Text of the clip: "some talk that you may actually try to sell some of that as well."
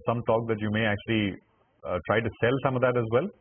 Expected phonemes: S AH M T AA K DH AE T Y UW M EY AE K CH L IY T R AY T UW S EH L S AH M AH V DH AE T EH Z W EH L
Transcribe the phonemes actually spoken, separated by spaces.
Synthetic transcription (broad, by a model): S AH M T AA K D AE T Y UW M EY AE K CH L IY T R AY T UW S EH L S AH M AH V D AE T EH Z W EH L